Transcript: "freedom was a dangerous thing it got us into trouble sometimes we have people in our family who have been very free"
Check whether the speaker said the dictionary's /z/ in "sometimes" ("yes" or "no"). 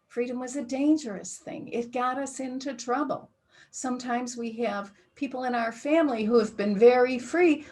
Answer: yes